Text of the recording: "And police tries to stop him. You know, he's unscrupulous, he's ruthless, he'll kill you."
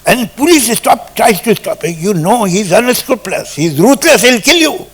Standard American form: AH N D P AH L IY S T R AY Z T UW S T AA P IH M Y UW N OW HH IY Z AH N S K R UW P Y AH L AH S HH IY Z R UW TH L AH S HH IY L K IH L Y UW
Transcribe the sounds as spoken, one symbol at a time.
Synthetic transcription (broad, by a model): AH N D P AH L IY S T R AY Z T UW S T AA P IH Y UW N OW HH IY Z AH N S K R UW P L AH S HH IY Z R UW T L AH S HH IY L K IH L Y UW